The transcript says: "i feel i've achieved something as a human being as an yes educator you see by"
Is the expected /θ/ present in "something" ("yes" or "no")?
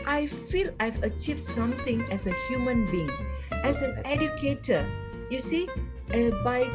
no